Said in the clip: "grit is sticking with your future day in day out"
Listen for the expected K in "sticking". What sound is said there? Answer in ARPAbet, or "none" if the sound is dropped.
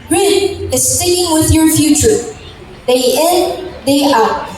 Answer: none